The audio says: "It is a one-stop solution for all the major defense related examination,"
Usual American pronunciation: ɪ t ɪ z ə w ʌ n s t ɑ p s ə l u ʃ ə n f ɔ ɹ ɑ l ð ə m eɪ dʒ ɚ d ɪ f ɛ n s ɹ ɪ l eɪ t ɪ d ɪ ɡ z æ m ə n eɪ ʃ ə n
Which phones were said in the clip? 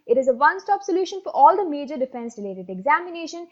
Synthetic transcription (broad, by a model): ɪ t ɪ z ə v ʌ n s t ɑ p s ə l u ʃ ə n f ɔ ɹ ɑ l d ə m eɪ dʒ ɚ d ɪ f ɛ n s ɹ ɪ l eɪ t ɪ d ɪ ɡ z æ m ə n eɪ ʃ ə n